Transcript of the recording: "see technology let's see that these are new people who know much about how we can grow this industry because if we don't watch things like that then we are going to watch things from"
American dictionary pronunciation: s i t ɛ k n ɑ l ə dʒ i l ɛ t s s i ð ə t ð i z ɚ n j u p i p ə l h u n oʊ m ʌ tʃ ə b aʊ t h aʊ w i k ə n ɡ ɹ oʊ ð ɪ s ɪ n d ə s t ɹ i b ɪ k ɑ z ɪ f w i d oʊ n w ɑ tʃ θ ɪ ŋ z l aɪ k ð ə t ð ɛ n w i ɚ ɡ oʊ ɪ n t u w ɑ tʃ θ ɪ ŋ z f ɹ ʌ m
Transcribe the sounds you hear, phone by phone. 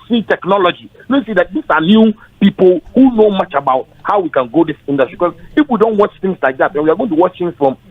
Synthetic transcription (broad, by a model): s i t ɛ k n ɑ l ə dʒ i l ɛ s s i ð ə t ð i s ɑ n j u p i p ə l h u n oʊ m ʌ tʃ ə b aʊ t h aʊ w i k ə n ɡ oʊ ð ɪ s ɪ n d ə s t ɹ i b k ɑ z ɪ f w i d oʊ n w ɑ tʃ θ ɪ ŋ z l aɪ k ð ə t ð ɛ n w i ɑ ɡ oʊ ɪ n t u w ɑ tʃ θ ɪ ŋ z f ɹ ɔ m